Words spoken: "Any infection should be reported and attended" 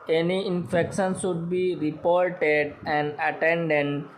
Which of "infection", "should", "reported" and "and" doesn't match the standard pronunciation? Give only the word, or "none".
should